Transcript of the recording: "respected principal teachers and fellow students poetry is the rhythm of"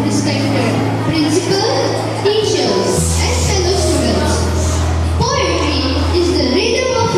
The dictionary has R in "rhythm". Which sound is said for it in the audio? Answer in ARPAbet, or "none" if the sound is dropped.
L